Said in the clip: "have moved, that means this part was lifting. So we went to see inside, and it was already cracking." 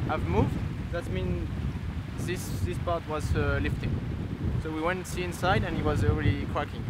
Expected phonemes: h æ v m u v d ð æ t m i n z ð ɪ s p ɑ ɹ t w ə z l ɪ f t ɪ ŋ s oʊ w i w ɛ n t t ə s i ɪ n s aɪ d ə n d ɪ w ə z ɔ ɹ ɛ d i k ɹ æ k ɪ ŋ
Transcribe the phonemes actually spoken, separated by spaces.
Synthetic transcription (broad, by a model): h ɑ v m u v d ð æ t m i n s ð ɪ s p ɑ ɹ t w ə z l ɪ f t ɪ ŋ s oʊ w i w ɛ n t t s i ɪ n s aɪ d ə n ɪ w ə z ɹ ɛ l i k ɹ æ k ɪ ŋ